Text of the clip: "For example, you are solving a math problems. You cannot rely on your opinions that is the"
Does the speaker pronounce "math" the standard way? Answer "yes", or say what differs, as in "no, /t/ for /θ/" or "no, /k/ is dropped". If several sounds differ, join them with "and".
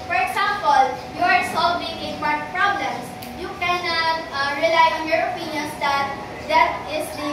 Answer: no, /t/ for /θ/